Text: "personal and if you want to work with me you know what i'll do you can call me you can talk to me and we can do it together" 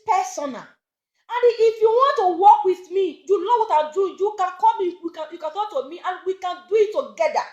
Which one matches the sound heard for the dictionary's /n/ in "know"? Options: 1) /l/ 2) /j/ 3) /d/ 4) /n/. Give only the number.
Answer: 1